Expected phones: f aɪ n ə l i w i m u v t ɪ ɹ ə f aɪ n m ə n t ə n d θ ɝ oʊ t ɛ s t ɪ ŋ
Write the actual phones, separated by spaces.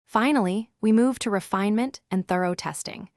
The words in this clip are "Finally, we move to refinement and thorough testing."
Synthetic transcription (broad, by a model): f aɪ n l i w i m u v t ɪ ɹ ə f aɪ n m ə n t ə n θ ɝ oʊ t ɛ s t ɪ ŋ